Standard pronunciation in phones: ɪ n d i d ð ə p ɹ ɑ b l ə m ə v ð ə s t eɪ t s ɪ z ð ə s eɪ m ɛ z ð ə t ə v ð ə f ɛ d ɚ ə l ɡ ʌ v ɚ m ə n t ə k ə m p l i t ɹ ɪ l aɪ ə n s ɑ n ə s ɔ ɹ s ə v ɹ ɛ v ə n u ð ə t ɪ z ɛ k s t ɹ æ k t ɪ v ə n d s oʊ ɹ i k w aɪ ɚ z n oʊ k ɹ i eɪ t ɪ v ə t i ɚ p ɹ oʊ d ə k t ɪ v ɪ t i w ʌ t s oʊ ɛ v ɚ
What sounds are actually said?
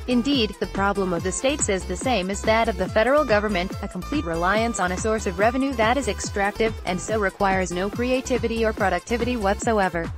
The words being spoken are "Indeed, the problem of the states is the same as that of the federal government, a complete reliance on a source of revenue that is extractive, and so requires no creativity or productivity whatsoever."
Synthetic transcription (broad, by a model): ɪ n d i d ð ə p ɹ ɑ b l ə m ə v ð ə s t eɪ t s ɪ z ð ə s eɪ m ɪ z ð ə t ə v ð ə f ɛ d ɚ l ɡ ʌ v ɚ m ə n t ə k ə m p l i t ɹ ɪ l aɪ ə n s n ə s ɔ ɹ s ə v ɹ ɛ v ə n u ð ə t ɪ z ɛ k s t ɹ æ k t ɪ v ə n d s oʊ ɹ i k w aɪ ɚ z n oʊ k ɹ i eɪ t ɪ v ə t i ɚ p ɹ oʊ d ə k t ɪ v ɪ t i w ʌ t s oʊ ɛ v ɚ